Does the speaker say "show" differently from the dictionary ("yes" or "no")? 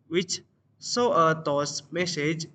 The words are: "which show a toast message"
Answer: yes